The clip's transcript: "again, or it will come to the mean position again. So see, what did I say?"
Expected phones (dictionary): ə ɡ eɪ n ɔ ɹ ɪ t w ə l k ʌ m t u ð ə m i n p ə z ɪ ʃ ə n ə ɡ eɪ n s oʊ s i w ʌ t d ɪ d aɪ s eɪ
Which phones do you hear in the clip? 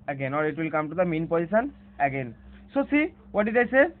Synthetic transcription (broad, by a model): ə ɡ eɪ n ɔ ɹ ɪ t w ə l k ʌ m t u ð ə m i n p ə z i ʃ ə n ə ɡ eɪ n s oʊ s i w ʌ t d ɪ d aɪ s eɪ